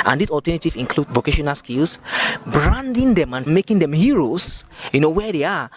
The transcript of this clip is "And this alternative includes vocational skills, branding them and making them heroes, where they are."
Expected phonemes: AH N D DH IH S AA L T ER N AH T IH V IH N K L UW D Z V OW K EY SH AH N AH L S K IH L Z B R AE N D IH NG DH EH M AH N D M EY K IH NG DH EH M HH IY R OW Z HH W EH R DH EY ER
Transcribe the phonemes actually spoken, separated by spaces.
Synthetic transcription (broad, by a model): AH N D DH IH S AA L T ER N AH T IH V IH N K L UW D V OW K EY SH AH N AH L S K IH L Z B R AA N D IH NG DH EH M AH N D M EY K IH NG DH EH M HH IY R OW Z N W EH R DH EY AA